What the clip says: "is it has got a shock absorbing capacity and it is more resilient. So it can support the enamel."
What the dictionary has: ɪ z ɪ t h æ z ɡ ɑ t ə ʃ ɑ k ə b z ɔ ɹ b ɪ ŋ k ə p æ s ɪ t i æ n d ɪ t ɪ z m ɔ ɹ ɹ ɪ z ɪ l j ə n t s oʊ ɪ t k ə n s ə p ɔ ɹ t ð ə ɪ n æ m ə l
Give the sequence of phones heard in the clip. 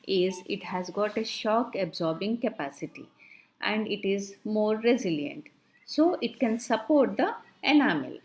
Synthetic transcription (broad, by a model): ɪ z ɪ t h æ z ɡ ɑ t ə ʃ ɑ k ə b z ɔ ɹ b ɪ ŋ k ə p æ s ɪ t i æ n d ɪ t ɪ z m ɔ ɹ ɹ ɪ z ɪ l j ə n t s oʊ ɪ t k ə n s ə p ɔ ɹ t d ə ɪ n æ m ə l